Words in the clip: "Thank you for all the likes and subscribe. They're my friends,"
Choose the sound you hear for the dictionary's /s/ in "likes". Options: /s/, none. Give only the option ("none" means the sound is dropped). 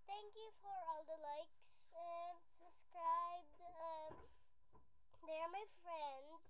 /s/